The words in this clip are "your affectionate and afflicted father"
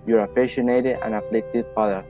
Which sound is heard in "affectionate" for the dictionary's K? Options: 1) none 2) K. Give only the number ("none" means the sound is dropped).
1